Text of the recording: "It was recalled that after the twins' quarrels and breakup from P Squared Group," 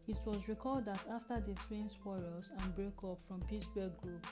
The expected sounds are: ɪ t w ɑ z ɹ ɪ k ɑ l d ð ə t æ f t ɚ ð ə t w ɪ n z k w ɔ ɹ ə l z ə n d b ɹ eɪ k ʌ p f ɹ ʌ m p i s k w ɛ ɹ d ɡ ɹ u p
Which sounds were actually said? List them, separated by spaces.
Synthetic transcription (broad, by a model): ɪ t w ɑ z ɹ ɪ k ɑ l d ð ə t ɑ f t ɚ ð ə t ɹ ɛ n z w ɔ ɹ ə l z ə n b ɹ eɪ k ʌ p f ɹ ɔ m p i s w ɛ ɡ ɹ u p